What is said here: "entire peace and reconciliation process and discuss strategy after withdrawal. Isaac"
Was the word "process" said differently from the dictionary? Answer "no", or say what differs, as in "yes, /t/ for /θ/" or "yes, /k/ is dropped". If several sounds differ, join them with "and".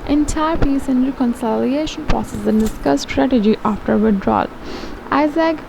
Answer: yes, /ɹ/ is dropped